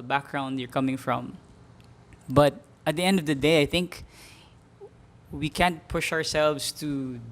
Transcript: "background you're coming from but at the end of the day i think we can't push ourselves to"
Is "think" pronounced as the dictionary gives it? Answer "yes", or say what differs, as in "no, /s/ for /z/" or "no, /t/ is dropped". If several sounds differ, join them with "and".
yes